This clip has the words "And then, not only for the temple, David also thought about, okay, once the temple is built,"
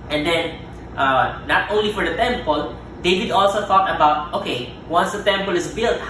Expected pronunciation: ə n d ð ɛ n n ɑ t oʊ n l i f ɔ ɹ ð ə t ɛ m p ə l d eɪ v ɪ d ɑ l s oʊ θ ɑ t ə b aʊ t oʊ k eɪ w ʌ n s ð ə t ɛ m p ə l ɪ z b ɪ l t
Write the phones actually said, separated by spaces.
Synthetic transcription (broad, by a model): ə n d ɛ n n ɑ t oʊ n l i f ɔ ɹ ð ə t ɛ m p ə l d eɪ v ɪ d ɑ l s oʊ t ɑ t ə b aʊ t oʊ k eɪ w ʌ n s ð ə t ɛ m p ə l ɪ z b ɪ l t